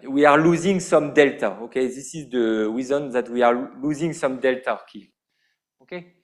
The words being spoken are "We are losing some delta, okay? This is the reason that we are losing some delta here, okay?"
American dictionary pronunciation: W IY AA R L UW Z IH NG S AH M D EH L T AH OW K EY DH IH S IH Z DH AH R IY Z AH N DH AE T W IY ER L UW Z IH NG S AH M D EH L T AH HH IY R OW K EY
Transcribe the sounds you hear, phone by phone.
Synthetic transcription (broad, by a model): W IY AA R L UW Z IH NG S AH M D EH L T AH OW K EY DH IH S IH Z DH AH W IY Z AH N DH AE T W IY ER L UW Z IH NG S AH M D EH L T AH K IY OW K EY